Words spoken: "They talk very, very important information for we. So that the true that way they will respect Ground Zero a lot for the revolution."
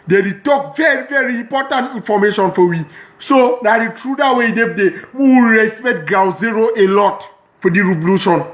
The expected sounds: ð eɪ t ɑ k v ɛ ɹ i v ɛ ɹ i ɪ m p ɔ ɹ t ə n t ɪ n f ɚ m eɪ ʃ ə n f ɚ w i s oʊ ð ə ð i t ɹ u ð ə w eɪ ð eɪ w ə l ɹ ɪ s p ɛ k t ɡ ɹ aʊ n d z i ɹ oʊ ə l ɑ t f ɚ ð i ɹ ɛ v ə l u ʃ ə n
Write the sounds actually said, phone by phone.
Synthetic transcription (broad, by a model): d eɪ t ɑ k v ɛ ɹ i v ɛ ɹ i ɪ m p ɔ t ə n t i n f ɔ m eɪ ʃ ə n f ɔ w i s oʊ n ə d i t ɹ u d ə w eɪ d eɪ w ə w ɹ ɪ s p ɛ t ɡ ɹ aʊ z i ɹ oʊ ə l ɑ t f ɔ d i ɹ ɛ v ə l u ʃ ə n